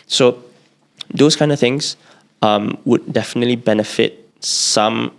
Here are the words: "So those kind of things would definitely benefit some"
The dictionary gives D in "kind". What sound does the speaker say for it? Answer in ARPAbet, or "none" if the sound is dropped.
D